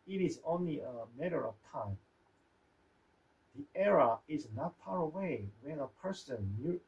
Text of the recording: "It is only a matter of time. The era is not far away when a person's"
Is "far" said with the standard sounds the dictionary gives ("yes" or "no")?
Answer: no